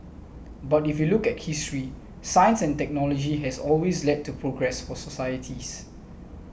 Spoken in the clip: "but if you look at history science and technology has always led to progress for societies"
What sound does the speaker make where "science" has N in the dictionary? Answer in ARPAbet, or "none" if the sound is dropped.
N